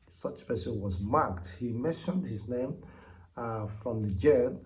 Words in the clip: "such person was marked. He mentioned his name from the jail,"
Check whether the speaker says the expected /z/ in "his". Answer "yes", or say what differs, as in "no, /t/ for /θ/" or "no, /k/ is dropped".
yes